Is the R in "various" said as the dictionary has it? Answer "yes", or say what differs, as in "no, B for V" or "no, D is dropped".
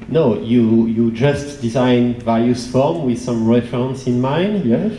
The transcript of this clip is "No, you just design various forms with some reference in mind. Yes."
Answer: no, L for R